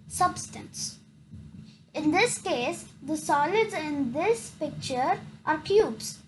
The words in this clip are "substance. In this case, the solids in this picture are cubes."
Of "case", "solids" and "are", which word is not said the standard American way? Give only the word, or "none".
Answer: none